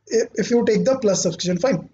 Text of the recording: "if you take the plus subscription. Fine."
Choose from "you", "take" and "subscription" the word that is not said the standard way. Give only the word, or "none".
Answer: subscription